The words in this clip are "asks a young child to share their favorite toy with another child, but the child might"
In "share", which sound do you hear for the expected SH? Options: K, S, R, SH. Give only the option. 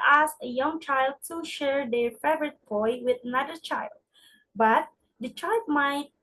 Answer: SH